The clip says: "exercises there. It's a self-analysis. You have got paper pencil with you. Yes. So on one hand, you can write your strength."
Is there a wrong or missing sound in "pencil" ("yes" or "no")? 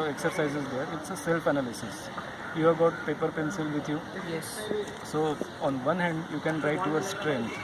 no